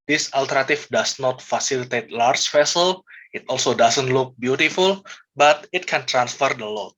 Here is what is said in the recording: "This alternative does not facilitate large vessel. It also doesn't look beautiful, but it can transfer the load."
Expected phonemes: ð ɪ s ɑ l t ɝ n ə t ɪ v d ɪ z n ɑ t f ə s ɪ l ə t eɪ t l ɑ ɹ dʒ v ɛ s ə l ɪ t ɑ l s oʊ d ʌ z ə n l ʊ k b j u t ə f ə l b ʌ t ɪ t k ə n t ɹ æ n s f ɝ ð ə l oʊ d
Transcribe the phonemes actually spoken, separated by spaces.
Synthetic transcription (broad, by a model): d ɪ s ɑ l t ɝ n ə t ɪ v d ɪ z n ɑ t f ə s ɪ l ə t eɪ t l ɑ ɹ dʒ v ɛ s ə l ɪ t ɑ l s oʊ d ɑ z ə n l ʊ k b j u t ə f ə l b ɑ t ɪ t k ə n t ɹ æ n s f ɝ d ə l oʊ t